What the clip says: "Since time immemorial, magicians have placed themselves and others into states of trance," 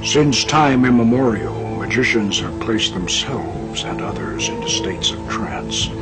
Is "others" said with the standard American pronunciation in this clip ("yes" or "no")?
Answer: yes